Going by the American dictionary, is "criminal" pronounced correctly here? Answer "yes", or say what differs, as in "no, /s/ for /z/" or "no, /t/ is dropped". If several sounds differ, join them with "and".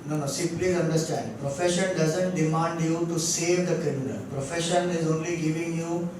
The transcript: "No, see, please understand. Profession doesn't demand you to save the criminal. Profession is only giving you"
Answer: no, /ɹ/ is dropped